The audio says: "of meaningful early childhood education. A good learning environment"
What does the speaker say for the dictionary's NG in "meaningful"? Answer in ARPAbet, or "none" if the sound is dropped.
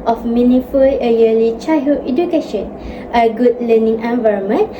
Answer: none